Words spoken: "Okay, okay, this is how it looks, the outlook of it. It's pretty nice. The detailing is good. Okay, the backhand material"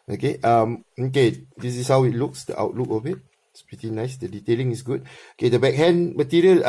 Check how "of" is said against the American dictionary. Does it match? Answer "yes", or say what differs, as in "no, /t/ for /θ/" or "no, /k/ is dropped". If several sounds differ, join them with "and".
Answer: no, /b/ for /v/